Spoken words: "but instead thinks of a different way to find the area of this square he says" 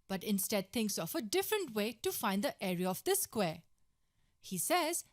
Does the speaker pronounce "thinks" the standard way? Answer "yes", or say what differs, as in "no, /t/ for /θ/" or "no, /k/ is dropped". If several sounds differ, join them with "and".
no, /t/ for /θ/